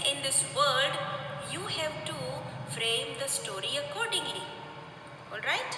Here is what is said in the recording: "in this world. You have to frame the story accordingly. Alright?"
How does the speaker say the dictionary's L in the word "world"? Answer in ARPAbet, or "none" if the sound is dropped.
none